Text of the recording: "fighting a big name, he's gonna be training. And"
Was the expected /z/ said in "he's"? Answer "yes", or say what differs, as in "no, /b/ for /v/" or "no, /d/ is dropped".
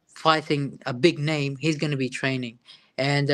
yes